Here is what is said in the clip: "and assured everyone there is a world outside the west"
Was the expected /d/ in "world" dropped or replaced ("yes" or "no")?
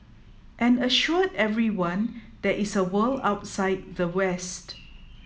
yes